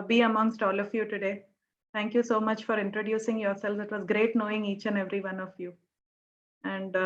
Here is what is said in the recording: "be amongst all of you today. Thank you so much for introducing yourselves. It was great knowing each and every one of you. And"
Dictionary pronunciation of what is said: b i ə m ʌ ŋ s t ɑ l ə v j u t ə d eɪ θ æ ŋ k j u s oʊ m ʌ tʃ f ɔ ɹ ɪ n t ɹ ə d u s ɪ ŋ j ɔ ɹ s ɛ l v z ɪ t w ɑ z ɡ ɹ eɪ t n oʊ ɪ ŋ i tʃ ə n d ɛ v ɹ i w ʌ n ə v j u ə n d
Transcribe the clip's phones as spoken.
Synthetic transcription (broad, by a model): b i ə m ʌ ŋ s t ɑ l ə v j u t ə d eɪ t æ ŋ k j u s oʊ m ʌ tʃ f ɔ ɹ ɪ n t ɹ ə d u s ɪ ŋ j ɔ ɹ s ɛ l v ɪ t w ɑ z ɡ ɹ eɪ t n oʊ ɪ ŋ i tʃ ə n ɛ v ɹ i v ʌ n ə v j u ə n d